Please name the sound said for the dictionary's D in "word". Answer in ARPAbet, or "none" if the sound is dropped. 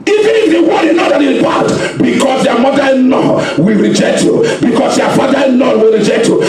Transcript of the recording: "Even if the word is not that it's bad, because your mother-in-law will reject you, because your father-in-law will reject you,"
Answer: none